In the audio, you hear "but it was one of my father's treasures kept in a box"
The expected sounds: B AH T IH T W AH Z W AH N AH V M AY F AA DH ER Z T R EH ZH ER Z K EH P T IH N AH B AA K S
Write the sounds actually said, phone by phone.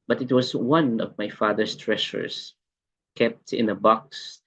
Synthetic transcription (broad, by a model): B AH T IH T W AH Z W AH N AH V M AY F AA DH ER S T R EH SH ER S K EH P T IH N AH B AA K S